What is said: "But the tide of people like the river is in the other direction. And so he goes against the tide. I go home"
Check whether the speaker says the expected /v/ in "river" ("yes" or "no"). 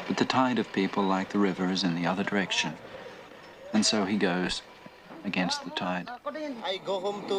yes